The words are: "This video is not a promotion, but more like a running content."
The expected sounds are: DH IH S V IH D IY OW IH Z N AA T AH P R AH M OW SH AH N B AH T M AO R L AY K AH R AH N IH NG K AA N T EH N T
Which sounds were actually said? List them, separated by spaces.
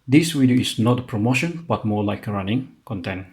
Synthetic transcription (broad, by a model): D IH S W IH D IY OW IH S N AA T AH P R AH M OW SH AH N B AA T M AO L AY K R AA N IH NG K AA N T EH N